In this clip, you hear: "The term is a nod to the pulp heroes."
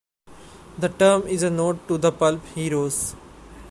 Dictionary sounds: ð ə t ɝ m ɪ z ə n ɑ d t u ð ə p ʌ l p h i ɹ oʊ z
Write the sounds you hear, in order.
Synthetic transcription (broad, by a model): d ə t ɝ m ɪ z ə n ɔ t u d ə p ʌ l p h i ɹ oʊ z